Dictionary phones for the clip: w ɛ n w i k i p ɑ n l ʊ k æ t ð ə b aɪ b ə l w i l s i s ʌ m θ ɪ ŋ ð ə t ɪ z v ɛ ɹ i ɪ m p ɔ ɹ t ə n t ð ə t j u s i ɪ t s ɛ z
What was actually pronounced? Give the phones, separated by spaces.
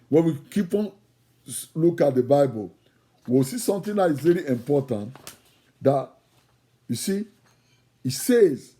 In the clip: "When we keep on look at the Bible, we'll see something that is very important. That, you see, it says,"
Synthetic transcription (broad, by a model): w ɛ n w i k i p ɑ n l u k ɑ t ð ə b aɪ b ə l w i w s i s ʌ m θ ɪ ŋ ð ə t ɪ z v ɛ ɹ i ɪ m p ɔ t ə n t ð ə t j u s i ɪ t s ɛ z